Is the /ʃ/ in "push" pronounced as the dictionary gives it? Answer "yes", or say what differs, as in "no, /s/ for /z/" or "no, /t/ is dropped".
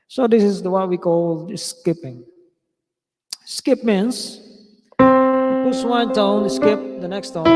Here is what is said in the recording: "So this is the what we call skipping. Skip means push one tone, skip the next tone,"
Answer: no, /s/ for /ʃ/